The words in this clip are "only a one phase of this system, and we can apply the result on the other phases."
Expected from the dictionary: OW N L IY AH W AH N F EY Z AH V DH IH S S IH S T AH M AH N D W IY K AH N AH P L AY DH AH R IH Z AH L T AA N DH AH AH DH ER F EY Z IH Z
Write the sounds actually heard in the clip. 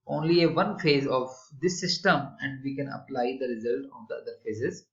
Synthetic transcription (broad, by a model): OW N L IY AH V AH N F EY Z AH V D IH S S IH S T AH M AH N D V IY K AH N AH P L AY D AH R IH Z AH L T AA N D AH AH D ER F EY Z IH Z